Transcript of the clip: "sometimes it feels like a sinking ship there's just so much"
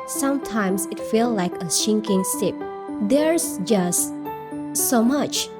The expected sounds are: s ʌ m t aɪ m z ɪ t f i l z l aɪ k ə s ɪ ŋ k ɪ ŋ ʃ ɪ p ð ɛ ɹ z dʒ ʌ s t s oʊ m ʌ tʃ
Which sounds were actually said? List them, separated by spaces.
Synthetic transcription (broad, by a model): s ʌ m t aɪ m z ɪ t f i l l aɪ k ə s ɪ ŋ k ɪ ŋ s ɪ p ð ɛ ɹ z dʒ ʌ s t s oʊ m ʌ tʃ